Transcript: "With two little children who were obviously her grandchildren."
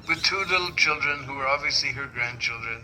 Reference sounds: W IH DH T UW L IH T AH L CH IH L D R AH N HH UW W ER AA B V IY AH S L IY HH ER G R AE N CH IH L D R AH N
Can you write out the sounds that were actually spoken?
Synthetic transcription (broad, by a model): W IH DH T UW L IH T L CH IH L D R AH N HH UW W ER AA B V IY AH S L IY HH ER G R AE N CH IH L D R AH N